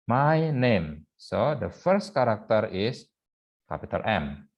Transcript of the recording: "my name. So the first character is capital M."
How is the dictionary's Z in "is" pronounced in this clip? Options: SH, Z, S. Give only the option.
S